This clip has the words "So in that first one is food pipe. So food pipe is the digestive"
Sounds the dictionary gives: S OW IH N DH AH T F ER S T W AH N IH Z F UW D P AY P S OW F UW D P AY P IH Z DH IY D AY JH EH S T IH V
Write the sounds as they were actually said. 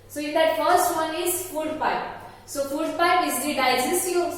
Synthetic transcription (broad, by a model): S OW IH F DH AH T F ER S T W AH N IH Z F UW D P AY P S OW F UW D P AY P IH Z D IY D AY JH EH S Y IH